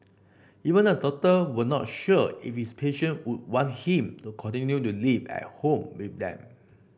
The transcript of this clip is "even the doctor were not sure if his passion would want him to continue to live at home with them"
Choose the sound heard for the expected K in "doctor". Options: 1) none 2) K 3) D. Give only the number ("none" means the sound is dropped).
1